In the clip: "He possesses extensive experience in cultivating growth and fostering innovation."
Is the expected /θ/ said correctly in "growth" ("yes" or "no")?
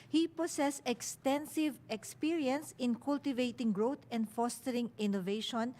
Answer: no